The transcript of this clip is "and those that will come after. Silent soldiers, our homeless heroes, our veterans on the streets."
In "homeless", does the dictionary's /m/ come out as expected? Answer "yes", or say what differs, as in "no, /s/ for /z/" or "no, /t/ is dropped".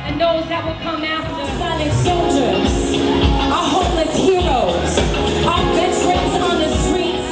no, /m/ is dropped